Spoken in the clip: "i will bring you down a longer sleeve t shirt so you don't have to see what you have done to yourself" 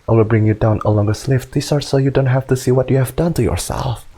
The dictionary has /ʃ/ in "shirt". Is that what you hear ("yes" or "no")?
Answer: no